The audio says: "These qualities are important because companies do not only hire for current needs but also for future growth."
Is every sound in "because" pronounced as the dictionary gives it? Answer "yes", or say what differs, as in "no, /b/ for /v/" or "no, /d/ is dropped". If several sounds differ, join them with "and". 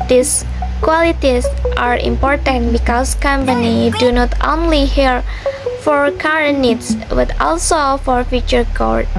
no, /s/ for /z/